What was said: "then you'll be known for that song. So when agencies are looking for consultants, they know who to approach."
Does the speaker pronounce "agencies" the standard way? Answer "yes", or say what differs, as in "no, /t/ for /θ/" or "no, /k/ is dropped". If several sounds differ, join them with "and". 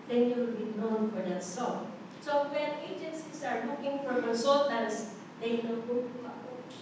no, /s/ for /z/